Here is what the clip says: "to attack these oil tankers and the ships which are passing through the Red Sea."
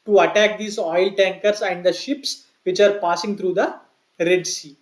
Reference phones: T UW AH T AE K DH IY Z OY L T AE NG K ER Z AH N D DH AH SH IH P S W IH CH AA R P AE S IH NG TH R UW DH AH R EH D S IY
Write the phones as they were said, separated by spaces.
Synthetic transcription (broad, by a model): T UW AH T AE K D IY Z OY L T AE NG K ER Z AH N D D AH SH IH P S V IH CH AA R P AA S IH NG T R UW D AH R EH D S IY